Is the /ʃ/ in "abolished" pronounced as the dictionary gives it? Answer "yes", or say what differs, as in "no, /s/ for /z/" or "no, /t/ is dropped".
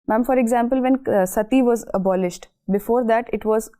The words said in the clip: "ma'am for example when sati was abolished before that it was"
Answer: yes